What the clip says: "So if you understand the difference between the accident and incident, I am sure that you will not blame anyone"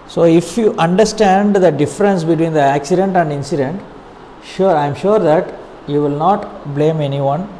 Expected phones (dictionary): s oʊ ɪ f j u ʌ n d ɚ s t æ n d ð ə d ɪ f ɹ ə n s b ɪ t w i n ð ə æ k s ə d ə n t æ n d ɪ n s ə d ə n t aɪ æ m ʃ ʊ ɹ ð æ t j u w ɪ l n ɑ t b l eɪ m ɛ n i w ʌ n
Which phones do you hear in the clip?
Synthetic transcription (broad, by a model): s oʊ ɪ f j u ʌ n d ɚ s t æ n d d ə d ɪ f ɹ ə n s b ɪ t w i n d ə æ k s ə d ə n t æ n d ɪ n s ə d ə n t aɪ m ʃ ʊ ɹ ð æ t j u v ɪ l n ɑ t b l eɪ m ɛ n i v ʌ n